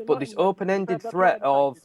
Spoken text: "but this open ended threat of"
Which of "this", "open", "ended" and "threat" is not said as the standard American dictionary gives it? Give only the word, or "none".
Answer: none